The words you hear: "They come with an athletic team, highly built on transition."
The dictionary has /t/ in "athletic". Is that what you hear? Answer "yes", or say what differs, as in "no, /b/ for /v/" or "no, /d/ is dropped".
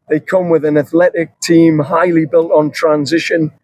yes